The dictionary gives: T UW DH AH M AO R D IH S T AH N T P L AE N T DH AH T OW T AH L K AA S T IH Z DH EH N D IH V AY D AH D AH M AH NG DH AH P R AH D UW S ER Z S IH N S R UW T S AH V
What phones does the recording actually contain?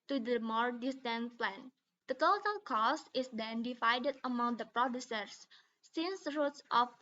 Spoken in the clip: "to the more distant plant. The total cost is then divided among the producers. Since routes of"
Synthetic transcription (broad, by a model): T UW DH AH M AO R D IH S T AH N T P L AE N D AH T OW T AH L K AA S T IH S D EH N D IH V AY D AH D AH M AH NG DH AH P R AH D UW S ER S IH N S R UW T S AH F